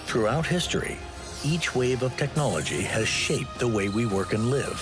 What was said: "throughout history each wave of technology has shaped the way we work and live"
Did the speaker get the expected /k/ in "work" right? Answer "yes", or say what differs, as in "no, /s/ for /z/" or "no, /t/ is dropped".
yes